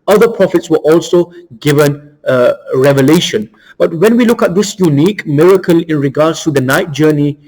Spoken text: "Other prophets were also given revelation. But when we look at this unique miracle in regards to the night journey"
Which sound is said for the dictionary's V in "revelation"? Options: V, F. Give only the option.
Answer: V